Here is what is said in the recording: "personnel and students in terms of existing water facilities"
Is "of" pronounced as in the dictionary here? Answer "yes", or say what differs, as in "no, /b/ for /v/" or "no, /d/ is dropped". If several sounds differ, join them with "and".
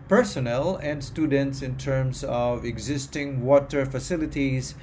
yes